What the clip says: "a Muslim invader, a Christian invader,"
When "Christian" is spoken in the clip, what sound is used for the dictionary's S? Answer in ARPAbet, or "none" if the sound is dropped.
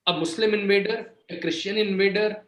SH